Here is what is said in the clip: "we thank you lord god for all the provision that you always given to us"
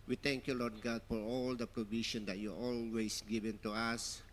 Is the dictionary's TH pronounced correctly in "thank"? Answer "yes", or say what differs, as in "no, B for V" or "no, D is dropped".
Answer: no, T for TH